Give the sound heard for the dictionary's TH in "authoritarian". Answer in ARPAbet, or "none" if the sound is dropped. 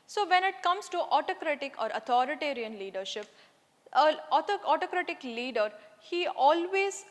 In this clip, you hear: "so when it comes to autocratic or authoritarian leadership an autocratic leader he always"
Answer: T